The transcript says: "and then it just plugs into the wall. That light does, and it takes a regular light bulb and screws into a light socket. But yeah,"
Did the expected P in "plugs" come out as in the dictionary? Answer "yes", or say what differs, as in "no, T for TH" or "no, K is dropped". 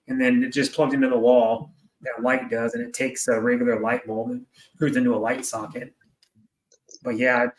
yes